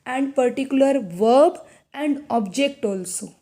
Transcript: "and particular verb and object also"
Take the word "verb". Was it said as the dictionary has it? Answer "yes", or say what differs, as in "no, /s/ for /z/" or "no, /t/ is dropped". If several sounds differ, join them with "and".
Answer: yes